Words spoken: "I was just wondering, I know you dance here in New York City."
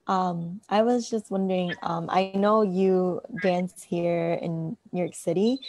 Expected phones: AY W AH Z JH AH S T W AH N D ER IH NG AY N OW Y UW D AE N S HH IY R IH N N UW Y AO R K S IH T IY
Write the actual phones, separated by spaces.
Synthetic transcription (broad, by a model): AY W AH Z JH AH S T W AH N D ER IH NG AY N OW Y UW D AE N S HH IY R IH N N Y AO R K S IH T IY